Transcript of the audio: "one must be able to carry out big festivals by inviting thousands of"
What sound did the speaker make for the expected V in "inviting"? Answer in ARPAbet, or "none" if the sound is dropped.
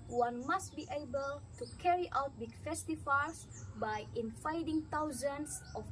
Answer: F